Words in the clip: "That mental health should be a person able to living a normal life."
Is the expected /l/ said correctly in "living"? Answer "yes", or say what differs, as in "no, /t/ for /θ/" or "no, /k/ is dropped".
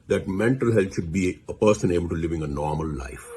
yes